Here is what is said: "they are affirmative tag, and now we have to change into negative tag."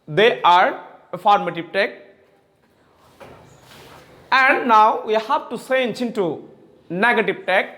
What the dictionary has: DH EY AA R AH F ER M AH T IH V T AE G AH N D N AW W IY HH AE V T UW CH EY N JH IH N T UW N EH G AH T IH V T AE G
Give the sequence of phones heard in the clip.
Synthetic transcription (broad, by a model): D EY AA R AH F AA M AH T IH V T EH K AH N D N AW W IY HH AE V T UW S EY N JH IH N T UW N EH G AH T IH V T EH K